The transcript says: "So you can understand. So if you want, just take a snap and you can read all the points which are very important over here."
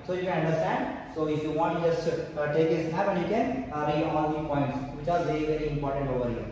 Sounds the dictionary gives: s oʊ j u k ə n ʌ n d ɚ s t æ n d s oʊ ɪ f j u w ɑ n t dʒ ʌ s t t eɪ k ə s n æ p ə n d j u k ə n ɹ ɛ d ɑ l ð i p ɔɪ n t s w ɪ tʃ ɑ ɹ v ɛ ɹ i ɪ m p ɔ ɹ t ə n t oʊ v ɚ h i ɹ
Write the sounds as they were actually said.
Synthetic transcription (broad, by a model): s oʊ j u k ə n ʌ n d ɚ s t æ n d s oʊ ɪ f j u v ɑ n t dʒ ʌ s t t eɪ k ə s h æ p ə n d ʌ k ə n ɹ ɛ ɑ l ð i p ɔɪ n t s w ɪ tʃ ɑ ɹ v ɛ ɹ i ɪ m p ɔ ɹ t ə n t oʊ v ɚ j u